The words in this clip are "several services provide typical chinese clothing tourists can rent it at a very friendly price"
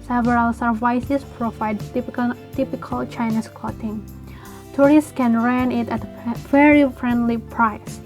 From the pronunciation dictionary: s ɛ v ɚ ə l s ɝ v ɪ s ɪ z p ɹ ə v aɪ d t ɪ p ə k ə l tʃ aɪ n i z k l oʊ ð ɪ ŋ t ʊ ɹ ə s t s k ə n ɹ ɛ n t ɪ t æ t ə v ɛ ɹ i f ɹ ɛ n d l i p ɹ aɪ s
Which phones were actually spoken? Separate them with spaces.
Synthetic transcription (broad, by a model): s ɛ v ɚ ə l s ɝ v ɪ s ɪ s p ɹ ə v aɪ d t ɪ p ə k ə l tʃ aɪ n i s k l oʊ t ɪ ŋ t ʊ ɹ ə s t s k ə n ɹ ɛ n ɪ t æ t ə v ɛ ɹ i f ɹ ɛ n d l i p ɹ aɪ s